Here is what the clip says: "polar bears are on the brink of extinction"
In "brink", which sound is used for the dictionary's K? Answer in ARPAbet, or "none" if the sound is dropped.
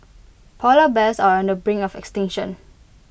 none